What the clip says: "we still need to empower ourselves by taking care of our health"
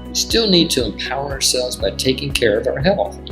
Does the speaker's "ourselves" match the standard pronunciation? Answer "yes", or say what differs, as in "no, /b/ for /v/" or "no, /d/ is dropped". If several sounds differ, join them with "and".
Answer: yes